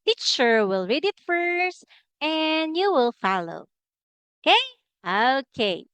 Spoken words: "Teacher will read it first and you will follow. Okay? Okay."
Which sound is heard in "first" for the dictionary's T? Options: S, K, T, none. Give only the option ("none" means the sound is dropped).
T